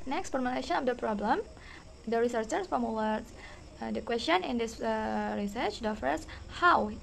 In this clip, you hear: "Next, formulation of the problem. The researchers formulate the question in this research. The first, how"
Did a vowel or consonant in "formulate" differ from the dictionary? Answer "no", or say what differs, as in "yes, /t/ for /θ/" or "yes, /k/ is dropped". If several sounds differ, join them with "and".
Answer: yes, /w/ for /l/